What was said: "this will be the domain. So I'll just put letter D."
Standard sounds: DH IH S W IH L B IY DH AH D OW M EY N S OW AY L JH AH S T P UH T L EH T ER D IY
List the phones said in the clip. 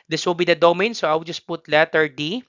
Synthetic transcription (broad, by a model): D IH S W IH L B IY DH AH D OW M EY N S OW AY W JH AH S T P UH T L EH T ER D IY